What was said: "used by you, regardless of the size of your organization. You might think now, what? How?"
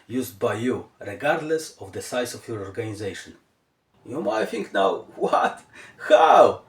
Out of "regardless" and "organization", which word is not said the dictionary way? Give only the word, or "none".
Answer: none